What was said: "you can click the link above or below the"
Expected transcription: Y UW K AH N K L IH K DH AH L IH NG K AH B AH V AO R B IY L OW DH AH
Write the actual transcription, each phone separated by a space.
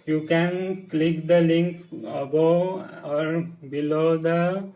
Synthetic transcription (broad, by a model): Y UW K AH N K L IH K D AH L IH NG K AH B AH AO R B IY L OW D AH